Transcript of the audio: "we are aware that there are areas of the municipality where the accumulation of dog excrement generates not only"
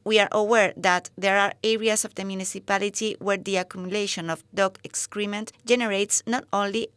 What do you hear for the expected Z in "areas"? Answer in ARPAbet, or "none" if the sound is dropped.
S